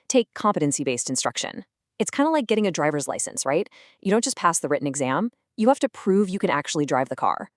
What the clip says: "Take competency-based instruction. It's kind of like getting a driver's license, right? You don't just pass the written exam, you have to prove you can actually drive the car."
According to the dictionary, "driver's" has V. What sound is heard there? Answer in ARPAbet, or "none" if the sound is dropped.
V